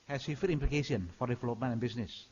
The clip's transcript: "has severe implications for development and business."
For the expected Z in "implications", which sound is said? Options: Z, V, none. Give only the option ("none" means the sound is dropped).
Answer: none